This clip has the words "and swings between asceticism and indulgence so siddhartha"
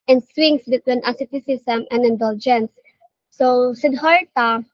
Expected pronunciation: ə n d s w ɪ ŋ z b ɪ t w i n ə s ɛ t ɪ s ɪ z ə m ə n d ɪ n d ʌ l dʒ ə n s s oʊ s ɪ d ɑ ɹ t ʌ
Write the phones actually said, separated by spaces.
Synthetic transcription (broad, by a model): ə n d s w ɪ ŋ s b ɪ t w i n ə s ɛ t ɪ s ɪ s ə m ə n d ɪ n d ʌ l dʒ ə n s s oʊ s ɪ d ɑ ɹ t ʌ